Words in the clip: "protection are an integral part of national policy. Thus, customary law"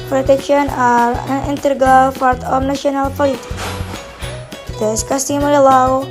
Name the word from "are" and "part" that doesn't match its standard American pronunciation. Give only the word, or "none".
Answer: part